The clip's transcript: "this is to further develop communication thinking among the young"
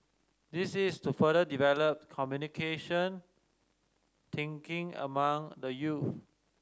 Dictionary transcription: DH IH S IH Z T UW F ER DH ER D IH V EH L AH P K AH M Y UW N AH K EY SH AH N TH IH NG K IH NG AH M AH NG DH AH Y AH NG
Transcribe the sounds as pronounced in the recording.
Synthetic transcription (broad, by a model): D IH S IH S T UW F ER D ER D IH V EH L AH P K AH M Y UW N AH K EY SH AH N T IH NG K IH NG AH M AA NG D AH Y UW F